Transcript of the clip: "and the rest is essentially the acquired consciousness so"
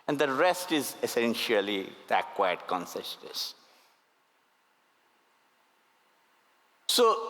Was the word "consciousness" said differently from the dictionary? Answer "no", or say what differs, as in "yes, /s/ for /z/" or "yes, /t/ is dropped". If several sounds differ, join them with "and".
yes, /s/ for /ʃ/